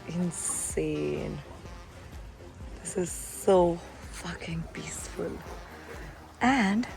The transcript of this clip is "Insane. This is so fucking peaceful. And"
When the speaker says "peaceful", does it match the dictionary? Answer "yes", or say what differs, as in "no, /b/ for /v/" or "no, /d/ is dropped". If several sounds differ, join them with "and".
no, /b/ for /p/